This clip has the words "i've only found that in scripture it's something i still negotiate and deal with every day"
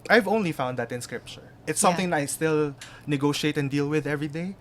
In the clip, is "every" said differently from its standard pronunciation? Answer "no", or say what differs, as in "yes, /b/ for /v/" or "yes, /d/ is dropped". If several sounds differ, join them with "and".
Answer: no